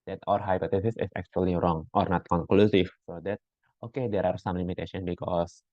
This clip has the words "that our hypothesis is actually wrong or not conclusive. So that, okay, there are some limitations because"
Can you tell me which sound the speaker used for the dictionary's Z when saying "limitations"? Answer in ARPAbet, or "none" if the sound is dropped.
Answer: none